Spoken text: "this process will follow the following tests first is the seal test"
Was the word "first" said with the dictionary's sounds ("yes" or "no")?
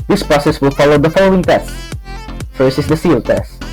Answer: no